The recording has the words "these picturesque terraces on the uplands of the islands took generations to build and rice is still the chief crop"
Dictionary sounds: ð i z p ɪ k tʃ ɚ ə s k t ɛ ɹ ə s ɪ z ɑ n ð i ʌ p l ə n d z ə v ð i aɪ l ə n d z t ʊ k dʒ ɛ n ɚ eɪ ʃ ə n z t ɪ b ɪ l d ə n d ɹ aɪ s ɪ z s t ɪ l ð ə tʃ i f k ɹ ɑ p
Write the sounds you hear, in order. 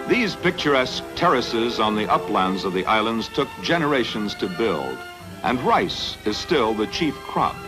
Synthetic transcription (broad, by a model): ð i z p ɪ k tʃ ɚ ə s k t ɛ ɹ ə s ɪ z n ð i ʌ p l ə n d z ə v ð i aɪ l ə n d z t ʊ k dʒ ɛ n ɚ eɪ ʃ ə n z t ɪ b ɪ l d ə n ɹ aɪ s ɪ z s t ɪ l ð ə tʃ i f k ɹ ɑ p